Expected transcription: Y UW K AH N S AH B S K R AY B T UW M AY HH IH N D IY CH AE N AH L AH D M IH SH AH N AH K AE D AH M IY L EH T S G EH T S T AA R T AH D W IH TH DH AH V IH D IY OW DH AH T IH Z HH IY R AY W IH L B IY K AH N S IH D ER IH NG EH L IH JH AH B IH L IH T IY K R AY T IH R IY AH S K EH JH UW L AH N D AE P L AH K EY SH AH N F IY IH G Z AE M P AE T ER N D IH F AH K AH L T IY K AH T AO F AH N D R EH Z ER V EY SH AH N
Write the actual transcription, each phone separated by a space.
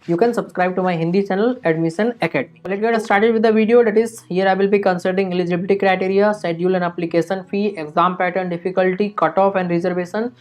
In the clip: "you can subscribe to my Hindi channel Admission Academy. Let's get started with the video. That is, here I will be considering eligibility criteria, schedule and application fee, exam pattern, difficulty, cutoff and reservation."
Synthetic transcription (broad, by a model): Y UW K AH N S AH B S K R AY B T UW M AY HH IH N D IY CH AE N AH L AH D M IH SH AH N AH K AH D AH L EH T G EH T S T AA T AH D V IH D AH V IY D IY OW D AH T IH Z HH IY R AY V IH L B IY K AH N S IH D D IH NG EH L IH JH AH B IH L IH T IY K R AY T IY R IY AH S EH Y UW L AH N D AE P L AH K EY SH AH N F IY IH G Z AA M P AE T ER N D IH F AH K AH L T IY K AH T AO F AH N D R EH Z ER V EY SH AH N